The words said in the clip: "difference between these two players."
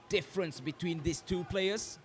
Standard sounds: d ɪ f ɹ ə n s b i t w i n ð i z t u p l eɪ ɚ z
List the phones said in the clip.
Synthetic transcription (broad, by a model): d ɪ f ɹ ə n s b i t w i n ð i s t u p l eɪ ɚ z